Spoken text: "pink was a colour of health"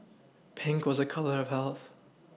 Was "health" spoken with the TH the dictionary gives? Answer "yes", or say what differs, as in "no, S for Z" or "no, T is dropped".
yes